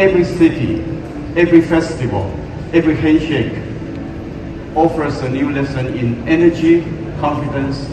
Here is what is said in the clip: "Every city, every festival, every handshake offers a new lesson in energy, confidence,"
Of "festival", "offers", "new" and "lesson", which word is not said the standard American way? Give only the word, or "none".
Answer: offers